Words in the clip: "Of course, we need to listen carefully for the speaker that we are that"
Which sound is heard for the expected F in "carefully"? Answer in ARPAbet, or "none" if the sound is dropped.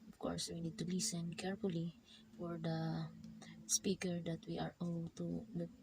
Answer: F